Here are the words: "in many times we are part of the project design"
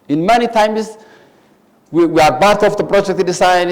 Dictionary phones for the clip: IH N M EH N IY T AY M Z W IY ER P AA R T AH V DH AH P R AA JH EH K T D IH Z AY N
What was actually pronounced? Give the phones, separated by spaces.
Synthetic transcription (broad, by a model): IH N M EH N IY T AY M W W IY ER B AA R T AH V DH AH P R AA JH EH K T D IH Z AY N